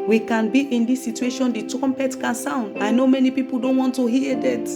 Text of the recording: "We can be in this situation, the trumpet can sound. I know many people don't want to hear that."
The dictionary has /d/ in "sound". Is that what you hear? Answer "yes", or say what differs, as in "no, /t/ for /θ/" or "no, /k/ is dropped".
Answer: yes